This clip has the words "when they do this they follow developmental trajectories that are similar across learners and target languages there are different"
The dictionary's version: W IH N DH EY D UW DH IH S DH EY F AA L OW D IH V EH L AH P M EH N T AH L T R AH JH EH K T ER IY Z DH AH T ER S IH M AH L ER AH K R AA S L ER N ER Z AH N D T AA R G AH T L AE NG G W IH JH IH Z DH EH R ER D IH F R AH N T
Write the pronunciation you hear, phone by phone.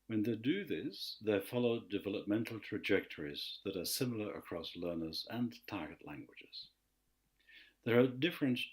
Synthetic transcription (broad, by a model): W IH N DH EY D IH DH IH S DH EY F AA L OW D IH V EH L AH P M EH N T L T R AH JH EH K T ER IY Z DH AH T ER S IH M L ER AH K R AA S L ER N ER Z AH N T AA R G AH T L AE NG G W IH JH IH Z DH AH R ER D IH F R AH N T